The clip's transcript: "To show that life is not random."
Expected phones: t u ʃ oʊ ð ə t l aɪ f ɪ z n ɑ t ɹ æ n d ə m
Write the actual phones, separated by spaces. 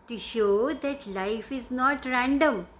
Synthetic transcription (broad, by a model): t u ʃ oʊ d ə t l aɪ f ɪ z n ɑ t ɹ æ n d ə m